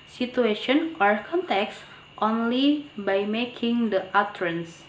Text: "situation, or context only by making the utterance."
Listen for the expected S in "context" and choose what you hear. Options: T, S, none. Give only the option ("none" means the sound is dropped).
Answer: S